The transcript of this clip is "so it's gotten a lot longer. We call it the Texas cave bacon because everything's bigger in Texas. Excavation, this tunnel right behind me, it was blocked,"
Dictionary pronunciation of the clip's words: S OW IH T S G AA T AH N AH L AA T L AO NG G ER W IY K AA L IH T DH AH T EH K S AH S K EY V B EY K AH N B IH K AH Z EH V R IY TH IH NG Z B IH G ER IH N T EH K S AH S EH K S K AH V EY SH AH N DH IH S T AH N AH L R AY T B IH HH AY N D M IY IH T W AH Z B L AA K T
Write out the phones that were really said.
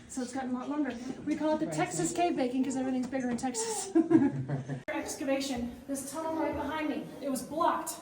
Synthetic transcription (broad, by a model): S OW IH T S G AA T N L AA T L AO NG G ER W IY K AA L IH T DH AH T EH K S AH S K EY V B EY K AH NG K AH Z EH V R IY TH IH NG Z B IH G ER IH N T EH K S AH S EH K S K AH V EY SH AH N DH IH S T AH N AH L L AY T B IH HH AY N D M IY IH T W AH Z B L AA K T